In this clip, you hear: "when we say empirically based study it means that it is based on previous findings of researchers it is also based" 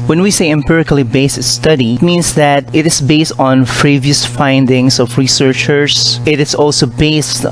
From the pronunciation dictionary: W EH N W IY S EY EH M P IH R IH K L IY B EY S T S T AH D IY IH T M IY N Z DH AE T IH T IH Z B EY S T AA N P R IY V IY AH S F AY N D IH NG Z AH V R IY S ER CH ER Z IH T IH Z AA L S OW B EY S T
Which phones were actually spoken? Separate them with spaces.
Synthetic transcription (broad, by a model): W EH N W IY S EY EH M P IH R IH K L IY B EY S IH S T AH D IY T M IY N S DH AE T IH T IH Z B EY S T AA N P R IY V IY AH S F AY N D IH NG S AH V R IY S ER CH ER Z IH T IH S AA L S OW B EY S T